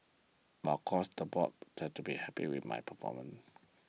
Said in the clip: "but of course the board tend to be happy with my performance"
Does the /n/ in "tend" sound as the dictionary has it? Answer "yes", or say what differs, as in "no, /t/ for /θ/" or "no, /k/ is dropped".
no, /n/ is dropped